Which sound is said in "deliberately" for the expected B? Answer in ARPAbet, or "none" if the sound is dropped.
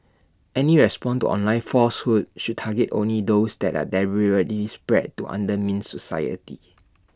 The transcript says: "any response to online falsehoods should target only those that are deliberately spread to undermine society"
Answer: none